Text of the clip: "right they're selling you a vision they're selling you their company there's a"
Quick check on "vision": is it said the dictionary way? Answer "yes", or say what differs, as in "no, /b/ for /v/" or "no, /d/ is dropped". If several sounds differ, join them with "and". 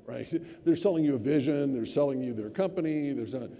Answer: yes